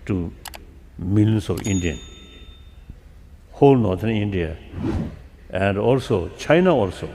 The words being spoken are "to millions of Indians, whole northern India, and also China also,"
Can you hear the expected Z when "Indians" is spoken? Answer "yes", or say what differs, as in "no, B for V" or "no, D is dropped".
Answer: no, Z is dropped